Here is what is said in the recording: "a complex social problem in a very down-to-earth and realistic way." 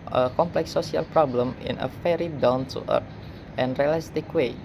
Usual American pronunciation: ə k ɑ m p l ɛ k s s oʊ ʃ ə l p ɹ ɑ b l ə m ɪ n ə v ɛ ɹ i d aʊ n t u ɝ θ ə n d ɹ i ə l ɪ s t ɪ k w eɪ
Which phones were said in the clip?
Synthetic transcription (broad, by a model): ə k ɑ m p l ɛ k s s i ə l p ɹ ɑ b l ə m ɪ n ə f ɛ ɹ i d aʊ n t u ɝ t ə n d ɹ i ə l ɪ s t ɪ k w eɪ